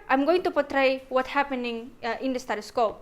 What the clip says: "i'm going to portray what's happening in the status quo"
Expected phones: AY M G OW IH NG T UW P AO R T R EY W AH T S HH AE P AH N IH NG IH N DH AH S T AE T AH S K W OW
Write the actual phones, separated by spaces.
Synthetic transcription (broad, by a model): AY M G OW IH NG T UW P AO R T R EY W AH T HH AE P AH N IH NG IH N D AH S T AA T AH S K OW